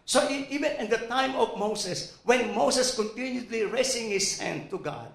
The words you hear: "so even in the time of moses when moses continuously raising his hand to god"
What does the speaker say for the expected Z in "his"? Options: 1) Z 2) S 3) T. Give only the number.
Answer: 2